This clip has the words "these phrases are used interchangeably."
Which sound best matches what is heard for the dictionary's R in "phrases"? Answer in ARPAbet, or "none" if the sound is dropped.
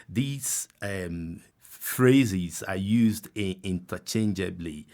R